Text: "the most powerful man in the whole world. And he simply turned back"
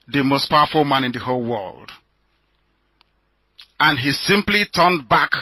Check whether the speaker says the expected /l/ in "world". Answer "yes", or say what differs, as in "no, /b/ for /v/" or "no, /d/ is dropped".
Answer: yes